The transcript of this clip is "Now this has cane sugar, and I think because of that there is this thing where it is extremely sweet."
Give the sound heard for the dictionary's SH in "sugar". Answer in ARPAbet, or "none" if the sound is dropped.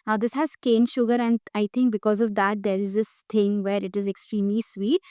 SH